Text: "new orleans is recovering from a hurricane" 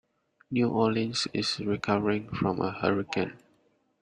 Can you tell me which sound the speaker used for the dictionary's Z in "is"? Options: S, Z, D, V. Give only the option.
S